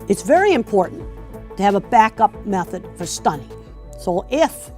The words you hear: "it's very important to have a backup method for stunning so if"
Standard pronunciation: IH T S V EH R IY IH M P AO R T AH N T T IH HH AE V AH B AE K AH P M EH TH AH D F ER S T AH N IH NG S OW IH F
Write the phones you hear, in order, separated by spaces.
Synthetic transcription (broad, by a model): IH T S V EH R IY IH M P AO R T N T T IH V AH B AE K AH P M EH TH AH D F ER S T AH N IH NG S OW IH F